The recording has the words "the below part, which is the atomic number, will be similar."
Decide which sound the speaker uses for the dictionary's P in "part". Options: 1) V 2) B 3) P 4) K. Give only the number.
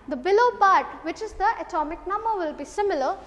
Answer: 2